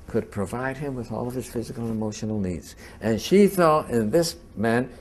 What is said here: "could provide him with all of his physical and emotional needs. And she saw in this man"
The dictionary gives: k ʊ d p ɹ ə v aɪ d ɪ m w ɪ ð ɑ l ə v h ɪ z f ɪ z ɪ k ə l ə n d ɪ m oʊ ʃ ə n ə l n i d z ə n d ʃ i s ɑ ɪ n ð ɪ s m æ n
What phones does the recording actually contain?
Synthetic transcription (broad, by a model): k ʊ d p ɹ ə v aɪ d ɪ m w ɪ ð ɑ l ə v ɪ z f ɪ z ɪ k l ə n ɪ m oʊ ʃ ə n l n i d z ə n ʃ i θ ɑ ɪ n ð ɪ s m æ n